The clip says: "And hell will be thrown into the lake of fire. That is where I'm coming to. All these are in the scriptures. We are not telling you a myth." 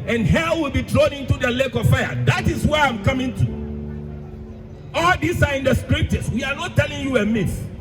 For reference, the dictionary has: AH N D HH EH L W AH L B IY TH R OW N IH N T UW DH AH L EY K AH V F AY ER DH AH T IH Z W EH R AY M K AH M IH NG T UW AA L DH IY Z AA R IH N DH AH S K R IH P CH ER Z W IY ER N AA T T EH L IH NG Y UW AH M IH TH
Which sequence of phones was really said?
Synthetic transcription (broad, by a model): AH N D HH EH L W AH L B IY T R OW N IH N T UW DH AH L EY K AH V F AY ER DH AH T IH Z W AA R AY M K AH M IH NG T UW AA L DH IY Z AA R IH N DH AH S K R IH P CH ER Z W IY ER N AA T T EH L IH NG Y UW AH M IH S